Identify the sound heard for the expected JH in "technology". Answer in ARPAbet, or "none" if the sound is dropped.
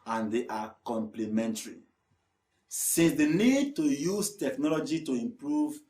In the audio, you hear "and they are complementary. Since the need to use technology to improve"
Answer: JH